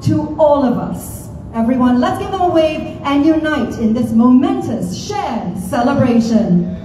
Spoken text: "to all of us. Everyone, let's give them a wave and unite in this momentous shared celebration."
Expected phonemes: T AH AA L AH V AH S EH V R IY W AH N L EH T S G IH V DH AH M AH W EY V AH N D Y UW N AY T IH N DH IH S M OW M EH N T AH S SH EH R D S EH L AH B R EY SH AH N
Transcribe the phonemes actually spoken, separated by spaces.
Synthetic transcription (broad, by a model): T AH AA L AH V AH S EH V R IY W AH N L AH T S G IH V DH AH M AH W EY AH N Y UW N AY T IH N DH IH S M OW M EH N T AH S SH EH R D S EH L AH B R EY SH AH N